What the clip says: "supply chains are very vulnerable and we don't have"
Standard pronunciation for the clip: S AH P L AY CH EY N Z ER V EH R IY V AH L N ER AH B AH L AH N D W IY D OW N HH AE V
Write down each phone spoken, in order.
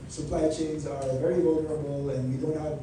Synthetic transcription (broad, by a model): S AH P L AY CH EY N Z ER V EH R IY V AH L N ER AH B L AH N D W IY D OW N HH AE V